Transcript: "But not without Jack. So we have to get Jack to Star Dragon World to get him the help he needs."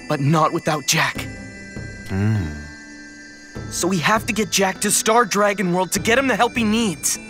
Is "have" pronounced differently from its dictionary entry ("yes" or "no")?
yes